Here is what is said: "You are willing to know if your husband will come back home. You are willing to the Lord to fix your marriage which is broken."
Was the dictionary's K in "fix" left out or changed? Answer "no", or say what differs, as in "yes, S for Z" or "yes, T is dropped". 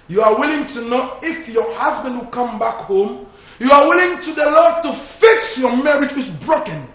no